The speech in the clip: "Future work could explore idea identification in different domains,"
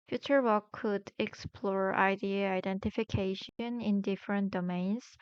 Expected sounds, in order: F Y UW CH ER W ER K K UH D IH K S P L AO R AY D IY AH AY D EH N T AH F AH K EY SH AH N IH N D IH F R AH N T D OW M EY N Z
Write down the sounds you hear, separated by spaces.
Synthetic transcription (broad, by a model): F Y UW CH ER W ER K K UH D IH K S P L AO R AY D IY AH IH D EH N T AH F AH K EY SH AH N IH N D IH F R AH N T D OW M EY N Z